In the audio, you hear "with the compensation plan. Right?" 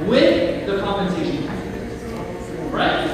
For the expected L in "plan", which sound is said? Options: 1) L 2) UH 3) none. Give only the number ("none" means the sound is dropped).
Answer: 3